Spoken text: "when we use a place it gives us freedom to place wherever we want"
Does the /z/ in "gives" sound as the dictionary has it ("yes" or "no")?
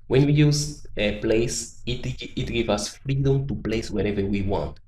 no